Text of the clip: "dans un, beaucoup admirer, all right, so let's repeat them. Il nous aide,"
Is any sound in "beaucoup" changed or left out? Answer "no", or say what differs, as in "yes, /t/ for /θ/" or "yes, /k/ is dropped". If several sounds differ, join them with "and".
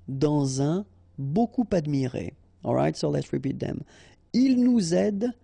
no